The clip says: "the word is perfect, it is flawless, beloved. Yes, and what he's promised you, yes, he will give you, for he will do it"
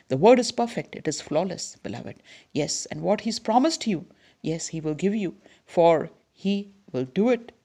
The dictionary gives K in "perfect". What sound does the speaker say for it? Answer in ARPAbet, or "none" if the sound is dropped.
K